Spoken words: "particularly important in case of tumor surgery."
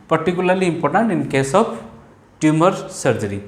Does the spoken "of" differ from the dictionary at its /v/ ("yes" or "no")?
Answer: yes